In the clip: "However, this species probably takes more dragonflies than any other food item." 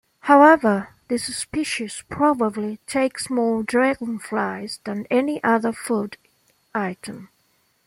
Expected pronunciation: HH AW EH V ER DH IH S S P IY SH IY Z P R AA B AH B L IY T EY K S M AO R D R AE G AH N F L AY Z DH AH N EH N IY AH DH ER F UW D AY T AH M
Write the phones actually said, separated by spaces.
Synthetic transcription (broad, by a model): HH AW EH V ER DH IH S S P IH SH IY S P R AA B AH B L IY T EY K S M AO R D R AE G AH N F L AY Z DH AH N EH N IY AH DH ER F UW D AY T AH M